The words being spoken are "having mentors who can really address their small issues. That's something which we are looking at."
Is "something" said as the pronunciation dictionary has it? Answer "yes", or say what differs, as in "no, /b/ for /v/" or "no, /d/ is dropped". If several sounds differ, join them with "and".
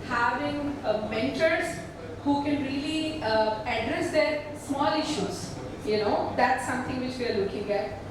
no, /t/ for /θ/